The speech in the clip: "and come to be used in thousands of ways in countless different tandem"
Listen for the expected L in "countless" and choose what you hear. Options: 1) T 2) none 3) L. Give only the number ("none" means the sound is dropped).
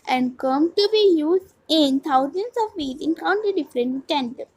2